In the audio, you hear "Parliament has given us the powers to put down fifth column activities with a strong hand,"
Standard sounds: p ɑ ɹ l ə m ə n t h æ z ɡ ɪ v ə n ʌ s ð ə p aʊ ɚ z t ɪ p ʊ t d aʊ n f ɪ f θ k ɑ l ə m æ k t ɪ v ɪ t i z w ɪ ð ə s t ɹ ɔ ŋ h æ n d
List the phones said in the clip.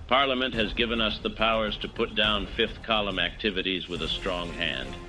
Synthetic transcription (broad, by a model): p ɑ ɹ l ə m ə n t h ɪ z ɡ ɪ v ə n ʌ s ð ə p aʊ ɚ z t ɪ p ʊ t d aʊ n f ɪ f θ k ɑ l ə m æ k t ɪ v ɪ t i z w ɪ ð ə s t ɹ ɔ ŋ h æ n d